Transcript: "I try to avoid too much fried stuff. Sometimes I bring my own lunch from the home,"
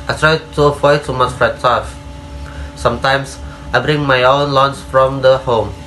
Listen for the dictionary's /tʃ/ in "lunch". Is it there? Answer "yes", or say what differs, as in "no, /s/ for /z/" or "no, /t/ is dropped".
no, /s/ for /tʃ/